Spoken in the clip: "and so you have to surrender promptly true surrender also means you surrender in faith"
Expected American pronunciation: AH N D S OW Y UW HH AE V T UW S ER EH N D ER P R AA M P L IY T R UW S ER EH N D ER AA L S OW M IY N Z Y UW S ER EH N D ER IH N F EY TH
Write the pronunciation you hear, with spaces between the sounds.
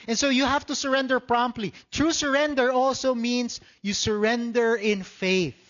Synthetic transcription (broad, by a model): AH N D S OW Y UW HH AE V T UW S ER EH N D ER P R AA M P L IY T R UW S ER EH N D ER AA L S OW M IY N S Y UW S ER EH N D ER IH N F EY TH